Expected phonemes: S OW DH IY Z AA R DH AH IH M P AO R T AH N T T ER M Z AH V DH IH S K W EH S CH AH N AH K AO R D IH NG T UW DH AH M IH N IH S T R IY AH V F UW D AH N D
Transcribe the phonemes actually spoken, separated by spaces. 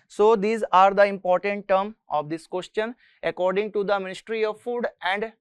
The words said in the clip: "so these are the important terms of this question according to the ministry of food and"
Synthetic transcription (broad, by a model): S OW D IY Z AA R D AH IH M P AO R T AH N T T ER M AH V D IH S K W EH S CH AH N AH K AO R D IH NG T UW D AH M IH N IH S T R IY AH V F UW D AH N D